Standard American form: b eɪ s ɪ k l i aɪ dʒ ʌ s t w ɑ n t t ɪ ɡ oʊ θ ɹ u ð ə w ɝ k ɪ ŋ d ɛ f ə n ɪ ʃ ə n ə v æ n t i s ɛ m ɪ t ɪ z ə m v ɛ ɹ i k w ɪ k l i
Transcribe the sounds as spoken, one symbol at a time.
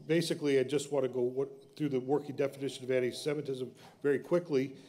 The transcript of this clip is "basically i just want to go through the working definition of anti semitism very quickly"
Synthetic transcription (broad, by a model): b eɪ s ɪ k l i aɪ dʒ ʌ s t w ɑ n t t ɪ ɡ oʊ θ ɹ u ð ə w ɝ k ɪ ŋ d ɛ f ə n ɪ ʃ ə n ə v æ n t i s ɛ m ɪ t ɪ z ə m v ɛ ɹ i k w ɪ k l i